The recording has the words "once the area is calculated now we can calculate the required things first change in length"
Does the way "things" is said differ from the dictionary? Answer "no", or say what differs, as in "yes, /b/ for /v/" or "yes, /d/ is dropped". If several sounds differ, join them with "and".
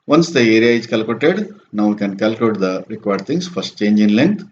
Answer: yes, /t/ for /θ/